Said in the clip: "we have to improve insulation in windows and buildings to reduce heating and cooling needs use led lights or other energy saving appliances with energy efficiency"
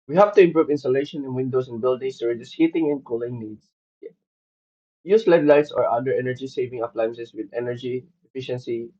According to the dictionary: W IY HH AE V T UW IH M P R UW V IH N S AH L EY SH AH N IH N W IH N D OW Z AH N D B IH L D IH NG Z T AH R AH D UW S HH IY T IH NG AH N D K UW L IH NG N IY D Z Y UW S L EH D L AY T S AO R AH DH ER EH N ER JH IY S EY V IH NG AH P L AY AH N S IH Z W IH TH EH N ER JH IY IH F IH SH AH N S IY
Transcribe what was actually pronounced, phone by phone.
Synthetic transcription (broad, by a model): W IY HH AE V T UW IH M P R UW V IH N S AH L EY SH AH N IH N W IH N D OW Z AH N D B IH L D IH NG S T AH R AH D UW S HH IY T IH NG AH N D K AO L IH NG N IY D S Y UW S L EH D L AY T S AO R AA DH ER EH N ER JH IY S EY V IH NG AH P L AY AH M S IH S W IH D EH N ER JH IY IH F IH SH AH N S IY